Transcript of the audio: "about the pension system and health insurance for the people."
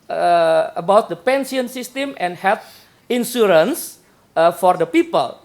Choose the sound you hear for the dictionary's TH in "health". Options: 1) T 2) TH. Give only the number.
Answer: 1